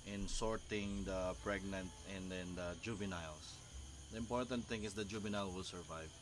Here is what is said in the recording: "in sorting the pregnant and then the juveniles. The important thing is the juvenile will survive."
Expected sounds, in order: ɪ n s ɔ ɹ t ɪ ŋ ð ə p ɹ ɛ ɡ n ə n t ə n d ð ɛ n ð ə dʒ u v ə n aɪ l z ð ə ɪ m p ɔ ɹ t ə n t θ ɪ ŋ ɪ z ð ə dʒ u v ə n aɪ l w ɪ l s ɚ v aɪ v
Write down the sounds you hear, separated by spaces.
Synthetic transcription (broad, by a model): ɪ n s ɔ ɹ t ɪ ŋ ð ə p ɹ ɛ ɡ n ə n t ə n d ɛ n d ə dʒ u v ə n aɪ l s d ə ɪ m p ɔ ɹ t ə n t θ ɪ ŋ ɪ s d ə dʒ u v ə n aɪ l w ɪ l s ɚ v aɪ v